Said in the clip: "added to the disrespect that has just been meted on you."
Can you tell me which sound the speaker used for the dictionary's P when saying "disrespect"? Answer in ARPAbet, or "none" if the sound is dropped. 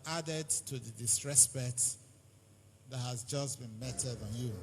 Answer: B